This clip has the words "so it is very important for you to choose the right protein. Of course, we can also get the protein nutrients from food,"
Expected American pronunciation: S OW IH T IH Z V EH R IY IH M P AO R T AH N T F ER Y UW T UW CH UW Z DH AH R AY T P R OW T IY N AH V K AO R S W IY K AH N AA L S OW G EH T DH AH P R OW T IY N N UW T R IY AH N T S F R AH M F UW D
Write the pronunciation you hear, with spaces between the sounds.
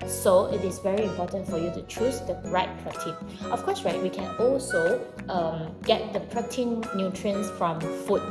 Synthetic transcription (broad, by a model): S OW IH T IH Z V EH R IY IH M P AO T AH N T F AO Y UW T UW CH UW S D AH R AY T P R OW T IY N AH F K AO R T W IY K AH N AA L S OW G EH T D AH P R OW T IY N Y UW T R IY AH N S F R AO M F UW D